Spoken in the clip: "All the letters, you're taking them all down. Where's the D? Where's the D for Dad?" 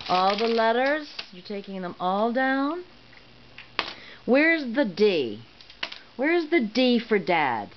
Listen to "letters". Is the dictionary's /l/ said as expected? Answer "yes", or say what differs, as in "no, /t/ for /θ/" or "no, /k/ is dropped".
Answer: yes